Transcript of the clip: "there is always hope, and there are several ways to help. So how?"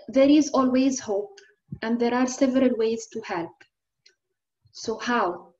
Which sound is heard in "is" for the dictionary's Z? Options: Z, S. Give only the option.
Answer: Z